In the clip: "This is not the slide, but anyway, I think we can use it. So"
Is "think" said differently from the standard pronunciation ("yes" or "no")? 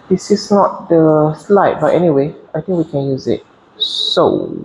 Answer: yes